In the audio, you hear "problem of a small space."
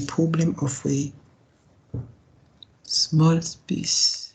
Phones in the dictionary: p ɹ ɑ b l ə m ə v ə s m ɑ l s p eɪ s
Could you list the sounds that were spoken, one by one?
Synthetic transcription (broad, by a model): p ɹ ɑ b l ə m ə w ə s m ɑ l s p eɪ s